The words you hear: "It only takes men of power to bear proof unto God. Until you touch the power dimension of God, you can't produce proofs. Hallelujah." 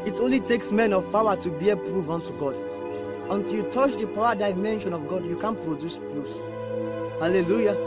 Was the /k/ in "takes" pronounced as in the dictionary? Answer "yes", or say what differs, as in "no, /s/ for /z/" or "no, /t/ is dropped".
yes